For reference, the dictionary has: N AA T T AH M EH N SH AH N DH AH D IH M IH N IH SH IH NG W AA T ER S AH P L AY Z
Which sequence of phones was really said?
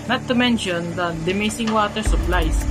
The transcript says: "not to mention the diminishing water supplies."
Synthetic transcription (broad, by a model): N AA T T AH M EH N SH AH N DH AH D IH M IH S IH NG W AA T ER S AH P L AY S